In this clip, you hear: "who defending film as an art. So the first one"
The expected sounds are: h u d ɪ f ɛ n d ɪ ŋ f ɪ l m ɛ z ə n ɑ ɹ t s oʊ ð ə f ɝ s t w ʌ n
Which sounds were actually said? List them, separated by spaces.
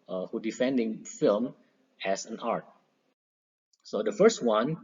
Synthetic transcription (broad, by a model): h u d ɪ f ɛ n d ɪ ŋ f ɪ l m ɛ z ə n ɑ ɹ t s oʊ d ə f ɝ s t w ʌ n